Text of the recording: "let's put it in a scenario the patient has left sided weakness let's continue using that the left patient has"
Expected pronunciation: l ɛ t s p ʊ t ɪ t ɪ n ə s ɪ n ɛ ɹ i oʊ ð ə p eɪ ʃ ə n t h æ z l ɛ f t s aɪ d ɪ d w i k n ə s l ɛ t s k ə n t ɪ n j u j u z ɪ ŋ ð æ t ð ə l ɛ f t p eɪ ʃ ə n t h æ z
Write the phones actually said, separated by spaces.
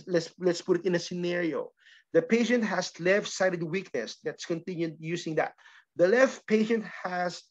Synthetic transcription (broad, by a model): l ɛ t s p ʊ t ɪ t ɪ n ə s ɪ n ɛ ɹ i oʊ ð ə p eɪ ʃ ə n t h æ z l ɛ f t s aɪ d ɪ d w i k ə s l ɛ t s k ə n t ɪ n j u j u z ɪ ŋ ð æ t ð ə l ɛ f t p eɪ ʃ ə n t h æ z